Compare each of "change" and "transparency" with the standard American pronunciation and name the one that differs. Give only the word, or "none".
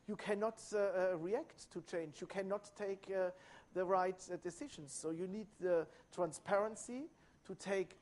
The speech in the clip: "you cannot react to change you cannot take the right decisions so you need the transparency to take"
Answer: none